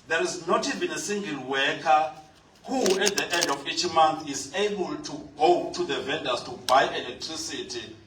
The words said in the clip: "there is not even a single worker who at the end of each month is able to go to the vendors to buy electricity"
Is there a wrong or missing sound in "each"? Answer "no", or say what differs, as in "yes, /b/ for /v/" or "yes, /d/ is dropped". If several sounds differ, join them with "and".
no